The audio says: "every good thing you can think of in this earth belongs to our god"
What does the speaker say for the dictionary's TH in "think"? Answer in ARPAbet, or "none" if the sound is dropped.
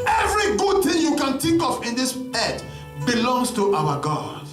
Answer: T